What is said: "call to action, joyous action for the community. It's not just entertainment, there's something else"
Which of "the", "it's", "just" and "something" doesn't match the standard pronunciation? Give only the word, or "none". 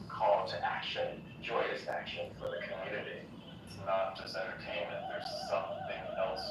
none